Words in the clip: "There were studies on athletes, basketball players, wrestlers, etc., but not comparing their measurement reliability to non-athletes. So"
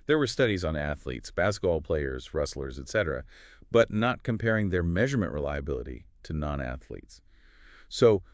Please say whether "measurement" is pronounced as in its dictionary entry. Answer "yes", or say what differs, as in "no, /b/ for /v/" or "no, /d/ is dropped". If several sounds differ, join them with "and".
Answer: yes